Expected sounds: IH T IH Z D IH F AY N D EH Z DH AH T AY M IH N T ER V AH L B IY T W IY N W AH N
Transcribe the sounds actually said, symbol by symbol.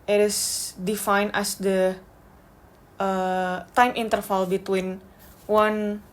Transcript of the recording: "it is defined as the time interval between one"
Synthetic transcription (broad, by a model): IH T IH S D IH F AY N EH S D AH T AY M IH N T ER F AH L B IY T W IY N W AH N